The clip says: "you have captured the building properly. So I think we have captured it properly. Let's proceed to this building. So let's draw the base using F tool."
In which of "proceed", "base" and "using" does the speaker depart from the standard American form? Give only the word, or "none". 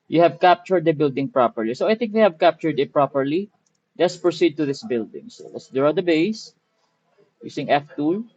using